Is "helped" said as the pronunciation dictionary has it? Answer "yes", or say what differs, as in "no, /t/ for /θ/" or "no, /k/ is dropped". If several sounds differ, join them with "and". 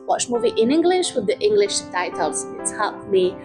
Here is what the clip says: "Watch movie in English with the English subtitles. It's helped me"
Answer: no, /l/ is dropped